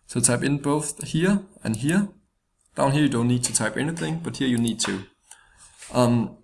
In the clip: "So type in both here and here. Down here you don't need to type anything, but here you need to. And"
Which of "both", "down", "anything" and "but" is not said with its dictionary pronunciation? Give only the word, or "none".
none